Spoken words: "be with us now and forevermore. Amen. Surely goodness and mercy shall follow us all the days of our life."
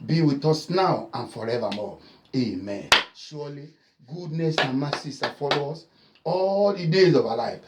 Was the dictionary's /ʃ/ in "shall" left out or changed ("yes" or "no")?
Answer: yes